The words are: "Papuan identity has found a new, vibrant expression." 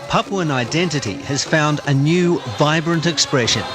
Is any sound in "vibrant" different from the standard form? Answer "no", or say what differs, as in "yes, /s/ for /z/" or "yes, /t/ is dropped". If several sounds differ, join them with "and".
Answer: no